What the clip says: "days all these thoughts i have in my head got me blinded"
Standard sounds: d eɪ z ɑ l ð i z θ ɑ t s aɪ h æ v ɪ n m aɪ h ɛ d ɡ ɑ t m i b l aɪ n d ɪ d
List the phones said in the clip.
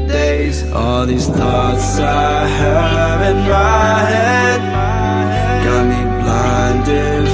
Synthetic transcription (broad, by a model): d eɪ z ɑ l ð i z θ ɑ t s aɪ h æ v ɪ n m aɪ h ɛ d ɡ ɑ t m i b l aɪ n d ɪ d